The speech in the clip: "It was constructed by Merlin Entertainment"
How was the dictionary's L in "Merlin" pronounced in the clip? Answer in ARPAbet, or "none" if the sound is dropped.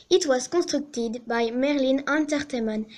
L